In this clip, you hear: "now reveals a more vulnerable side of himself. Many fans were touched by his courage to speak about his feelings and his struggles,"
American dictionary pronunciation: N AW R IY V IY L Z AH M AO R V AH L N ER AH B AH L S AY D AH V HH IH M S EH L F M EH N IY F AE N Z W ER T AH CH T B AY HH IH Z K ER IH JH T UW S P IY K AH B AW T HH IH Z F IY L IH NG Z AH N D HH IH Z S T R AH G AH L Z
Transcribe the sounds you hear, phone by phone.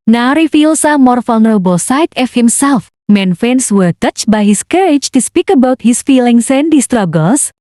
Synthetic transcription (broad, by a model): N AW R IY F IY L S AH M AO R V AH L N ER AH B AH L S AY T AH F HH IH M S EH L F M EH N F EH N S W ER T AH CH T B AY HH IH S K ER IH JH T UW S P IY K AH B AW T HH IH S F IY L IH NG S AH N D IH S T R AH G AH L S